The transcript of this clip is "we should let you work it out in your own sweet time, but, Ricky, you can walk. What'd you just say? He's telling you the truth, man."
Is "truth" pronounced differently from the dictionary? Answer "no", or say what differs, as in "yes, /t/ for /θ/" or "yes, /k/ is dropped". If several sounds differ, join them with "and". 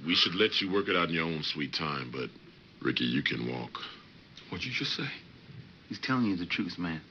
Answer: yes, /s/ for /θ/